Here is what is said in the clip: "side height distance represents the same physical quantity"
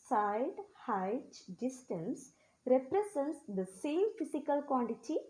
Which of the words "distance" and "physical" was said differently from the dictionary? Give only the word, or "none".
physical